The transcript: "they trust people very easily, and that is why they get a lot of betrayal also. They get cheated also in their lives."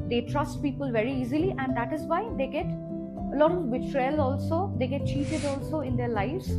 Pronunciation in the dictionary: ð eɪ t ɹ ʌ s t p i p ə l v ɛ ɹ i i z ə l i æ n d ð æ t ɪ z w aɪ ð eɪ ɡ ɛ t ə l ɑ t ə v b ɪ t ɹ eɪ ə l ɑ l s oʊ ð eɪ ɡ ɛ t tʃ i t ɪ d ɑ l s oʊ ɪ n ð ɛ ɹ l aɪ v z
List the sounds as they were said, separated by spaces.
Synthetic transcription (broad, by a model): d eɪ t ɹ ʌ s t p i p ə l v ɛ ɹ i i z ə l i æ n d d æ t ɪ z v aɪ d eɪ ɡ ɛ t ə l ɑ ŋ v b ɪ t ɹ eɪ l ɑ l s oʊ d eɪ ɡ ɛ t tʃ i t ɪ d ɑ l s oʊ ɪ n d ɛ ɹ l aɪ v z